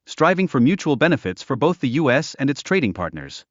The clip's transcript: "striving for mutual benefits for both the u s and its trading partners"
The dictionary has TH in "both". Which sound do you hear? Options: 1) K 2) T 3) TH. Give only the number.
3